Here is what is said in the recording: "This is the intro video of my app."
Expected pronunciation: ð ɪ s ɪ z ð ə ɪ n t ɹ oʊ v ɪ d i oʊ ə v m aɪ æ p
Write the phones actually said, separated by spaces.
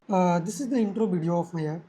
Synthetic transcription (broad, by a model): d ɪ s ɪ z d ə ɪ n t ɹ oʊ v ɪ d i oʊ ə f m aɪ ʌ